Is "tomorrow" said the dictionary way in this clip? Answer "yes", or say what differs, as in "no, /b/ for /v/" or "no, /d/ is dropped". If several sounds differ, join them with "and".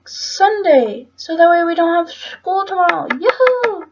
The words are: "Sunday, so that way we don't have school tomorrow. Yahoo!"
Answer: no, /ɹ/ is dropped